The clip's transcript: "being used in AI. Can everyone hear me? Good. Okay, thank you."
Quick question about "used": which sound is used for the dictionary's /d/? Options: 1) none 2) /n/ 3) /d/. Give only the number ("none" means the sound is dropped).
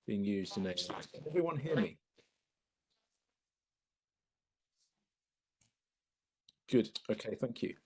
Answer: 3